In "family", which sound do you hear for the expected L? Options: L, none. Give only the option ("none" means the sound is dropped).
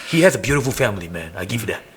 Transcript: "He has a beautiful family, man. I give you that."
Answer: L